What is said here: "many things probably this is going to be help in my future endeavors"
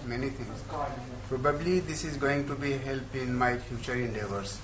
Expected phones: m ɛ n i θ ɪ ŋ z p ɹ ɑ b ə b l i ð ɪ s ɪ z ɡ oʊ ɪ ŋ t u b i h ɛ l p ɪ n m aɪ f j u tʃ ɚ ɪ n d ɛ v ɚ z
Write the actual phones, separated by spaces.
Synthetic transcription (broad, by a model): m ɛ n i t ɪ ŋ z p ɹ ɑ b ə b l i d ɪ s ɪ z ɡ oʊ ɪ ŋ t u b i h ɛ l p ɪ n m aɪ f j u tʃ ɚ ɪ n d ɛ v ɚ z